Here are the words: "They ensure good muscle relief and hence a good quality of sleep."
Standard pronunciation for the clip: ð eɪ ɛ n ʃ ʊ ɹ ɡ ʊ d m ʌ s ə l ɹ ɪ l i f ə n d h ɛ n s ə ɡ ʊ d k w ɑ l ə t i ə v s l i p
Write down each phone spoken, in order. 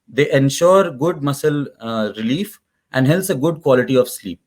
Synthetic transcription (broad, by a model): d eɪ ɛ n ʃ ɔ ɹ ɡ ʊ d m ʌ s ə l ɹ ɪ l i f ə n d h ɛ l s ə ɡ ʊ d k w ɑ l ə t i ə v s l i p